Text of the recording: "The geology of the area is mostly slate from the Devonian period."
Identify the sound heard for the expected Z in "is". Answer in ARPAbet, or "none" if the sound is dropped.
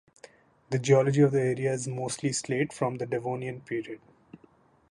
Z